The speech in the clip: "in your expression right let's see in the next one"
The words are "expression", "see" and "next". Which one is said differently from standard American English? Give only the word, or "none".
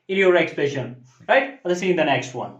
expression